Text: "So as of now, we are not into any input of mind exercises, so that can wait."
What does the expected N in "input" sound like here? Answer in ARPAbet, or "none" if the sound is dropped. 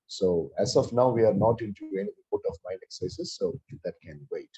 none